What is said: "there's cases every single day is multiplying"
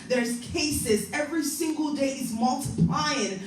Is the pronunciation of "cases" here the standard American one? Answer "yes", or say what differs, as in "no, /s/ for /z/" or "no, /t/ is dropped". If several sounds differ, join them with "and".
yes